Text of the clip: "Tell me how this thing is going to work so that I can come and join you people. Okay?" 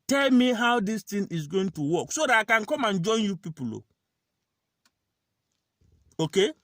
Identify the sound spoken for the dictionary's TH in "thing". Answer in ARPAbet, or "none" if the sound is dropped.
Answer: T